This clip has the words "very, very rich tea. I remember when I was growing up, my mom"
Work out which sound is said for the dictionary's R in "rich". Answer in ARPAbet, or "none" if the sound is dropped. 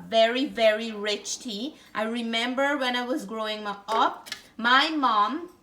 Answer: R